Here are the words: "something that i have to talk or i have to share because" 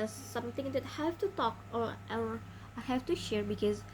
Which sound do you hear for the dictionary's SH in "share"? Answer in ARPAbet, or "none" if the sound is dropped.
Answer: SH